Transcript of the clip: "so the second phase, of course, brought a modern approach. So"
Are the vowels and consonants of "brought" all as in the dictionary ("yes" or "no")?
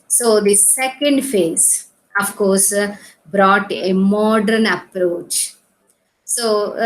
yes